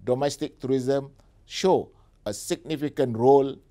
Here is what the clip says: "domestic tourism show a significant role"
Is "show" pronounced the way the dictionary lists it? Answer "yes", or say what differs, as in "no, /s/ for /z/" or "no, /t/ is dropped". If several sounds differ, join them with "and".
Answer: yes